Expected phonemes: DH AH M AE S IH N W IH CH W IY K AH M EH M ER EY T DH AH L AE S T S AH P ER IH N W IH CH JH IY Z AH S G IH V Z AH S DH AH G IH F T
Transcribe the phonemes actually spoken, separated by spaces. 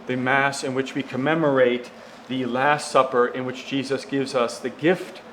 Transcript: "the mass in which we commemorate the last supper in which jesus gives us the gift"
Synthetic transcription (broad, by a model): DH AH M AE S IH N W IH CH W IY K AH M EH M ER EY T DH AH L AE S T S AH P ER IH N W IH CH JH IY Z AH S G IH V Z AH S DH AH G IH F T